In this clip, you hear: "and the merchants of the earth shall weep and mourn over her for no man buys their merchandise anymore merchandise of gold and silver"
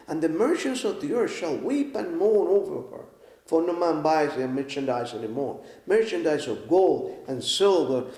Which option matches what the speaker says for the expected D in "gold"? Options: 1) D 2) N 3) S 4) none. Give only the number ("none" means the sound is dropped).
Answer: 1